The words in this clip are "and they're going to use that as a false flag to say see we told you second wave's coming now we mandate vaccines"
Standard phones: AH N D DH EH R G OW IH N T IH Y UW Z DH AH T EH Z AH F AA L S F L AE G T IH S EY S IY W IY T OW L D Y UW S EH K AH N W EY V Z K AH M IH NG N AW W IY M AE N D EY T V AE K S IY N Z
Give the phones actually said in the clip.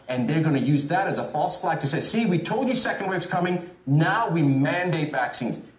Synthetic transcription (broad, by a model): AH N DH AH R G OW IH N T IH Y UW Z DH AH T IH Z AH F AA L S F L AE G T IH S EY S IY W IY T OW L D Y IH S EH K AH N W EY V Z K AH M IH NG N AW W IY M AE N D EY T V AE K S IY N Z